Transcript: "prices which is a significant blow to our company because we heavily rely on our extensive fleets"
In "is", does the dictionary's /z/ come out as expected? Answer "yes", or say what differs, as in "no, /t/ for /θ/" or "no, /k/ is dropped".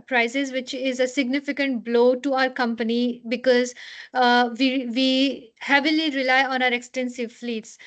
yes